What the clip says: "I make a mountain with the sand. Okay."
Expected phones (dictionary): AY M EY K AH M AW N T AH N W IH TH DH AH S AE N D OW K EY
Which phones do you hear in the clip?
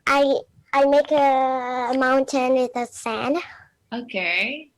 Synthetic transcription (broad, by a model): AY M EY K AH M AW N T AH N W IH DH AH S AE N OW K EY